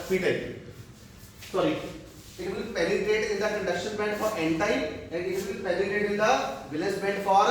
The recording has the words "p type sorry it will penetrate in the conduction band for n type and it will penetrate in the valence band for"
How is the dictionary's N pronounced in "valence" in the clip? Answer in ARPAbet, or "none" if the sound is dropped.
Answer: none